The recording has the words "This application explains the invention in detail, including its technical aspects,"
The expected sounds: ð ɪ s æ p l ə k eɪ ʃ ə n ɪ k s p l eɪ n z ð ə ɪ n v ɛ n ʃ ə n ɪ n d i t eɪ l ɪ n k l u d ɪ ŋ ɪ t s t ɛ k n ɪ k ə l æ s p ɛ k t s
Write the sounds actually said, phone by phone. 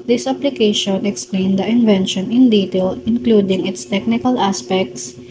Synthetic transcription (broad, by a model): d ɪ s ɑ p l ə k eɪ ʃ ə n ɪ k s p l eɪ n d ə ɪ n v ɛ n ʃ ə n ɪ n d i t eɪ l ɪ n k l u d ɪ ŋ ɪ t s t ɛ k n ɪ k ə l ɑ s p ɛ k t s